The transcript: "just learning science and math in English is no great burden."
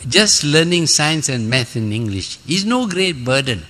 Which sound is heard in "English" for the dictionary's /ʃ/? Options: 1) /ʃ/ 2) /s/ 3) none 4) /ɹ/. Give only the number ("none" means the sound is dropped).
1